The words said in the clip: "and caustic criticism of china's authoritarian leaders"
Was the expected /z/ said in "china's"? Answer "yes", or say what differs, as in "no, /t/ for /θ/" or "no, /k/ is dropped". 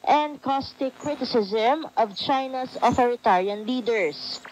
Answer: no, /s/ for /z/